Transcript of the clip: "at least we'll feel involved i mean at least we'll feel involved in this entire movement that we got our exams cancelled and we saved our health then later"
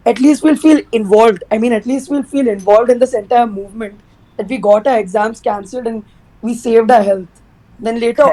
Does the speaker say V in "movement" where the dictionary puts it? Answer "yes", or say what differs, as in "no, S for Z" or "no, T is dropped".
yes